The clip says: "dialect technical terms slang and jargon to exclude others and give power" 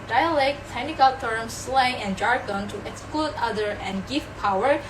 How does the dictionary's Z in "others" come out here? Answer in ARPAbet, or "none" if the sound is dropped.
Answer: none